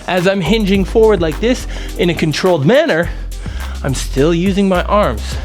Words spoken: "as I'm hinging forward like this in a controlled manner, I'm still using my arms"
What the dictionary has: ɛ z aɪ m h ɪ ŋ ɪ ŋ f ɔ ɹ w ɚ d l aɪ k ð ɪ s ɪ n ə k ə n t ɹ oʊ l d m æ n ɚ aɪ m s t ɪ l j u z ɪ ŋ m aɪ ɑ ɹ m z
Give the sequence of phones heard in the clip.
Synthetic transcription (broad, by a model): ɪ z aɪ m h ɪ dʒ ɪ ŋ f ɔ ɹ w ɚ d l aɪ k ð ɪ s ɪ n ə k ə n t ɹ oʊ l d m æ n ɚ aɪ m s t ɪ l j u z ɪ ŋ m aɪ ɑ ɹ m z